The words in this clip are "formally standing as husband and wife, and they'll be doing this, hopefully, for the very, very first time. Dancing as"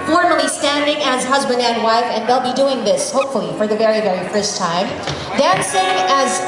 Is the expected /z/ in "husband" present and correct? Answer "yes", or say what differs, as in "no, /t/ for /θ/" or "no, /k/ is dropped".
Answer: yes